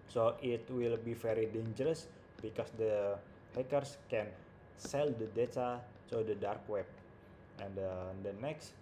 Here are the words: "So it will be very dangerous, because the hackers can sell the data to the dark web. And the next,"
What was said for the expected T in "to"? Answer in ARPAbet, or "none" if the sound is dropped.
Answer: S